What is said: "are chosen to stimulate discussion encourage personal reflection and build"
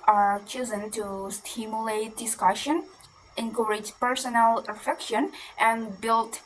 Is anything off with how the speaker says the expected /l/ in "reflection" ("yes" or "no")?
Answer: yes